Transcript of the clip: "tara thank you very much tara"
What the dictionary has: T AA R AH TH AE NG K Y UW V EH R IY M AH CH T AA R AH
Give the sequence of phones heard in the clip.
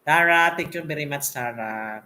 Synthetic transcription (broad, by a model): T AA R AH T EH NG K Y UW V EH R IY M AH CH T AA R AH